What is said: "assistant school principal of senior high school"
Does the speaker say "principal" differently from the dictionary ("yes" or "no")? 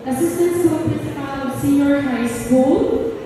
yes